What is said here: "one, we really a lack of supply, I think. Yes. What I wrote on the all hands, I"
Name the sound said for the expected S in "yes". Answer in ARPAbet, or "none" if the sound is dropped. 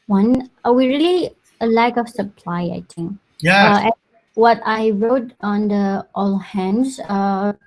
none